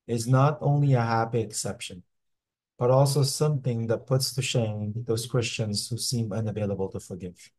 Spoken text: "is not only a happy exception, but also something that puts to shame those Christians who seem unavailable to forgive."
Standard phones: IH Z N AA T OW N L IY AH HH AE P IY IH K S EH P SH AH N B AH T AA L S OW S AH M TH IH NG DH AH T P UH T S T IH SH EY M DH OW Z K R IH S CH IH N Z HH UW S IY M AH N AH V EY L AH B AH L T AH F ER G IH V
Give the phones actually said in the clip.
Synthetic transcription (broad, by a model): IH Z N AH T OW N L IY AH HH AE P IY IH K S EH P SH AH N B AH T AA L S OW S AH M TH IH NG DH AH T P UH T S T IH SH EY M DH OW Z K R IH S CH IH N Z HH UW S IY M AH N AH V EY L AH B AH L T AH F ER G IH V